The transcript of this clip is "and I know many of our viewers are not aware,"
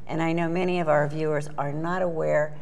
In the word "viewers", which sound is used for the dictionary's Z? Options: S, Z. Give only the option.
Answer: Z